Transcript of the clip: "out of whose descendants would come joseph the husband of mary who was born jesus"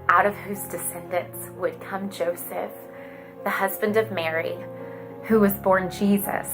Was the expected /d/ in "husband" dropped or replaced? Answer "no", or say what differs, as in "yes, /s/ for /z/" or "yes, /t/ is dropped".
no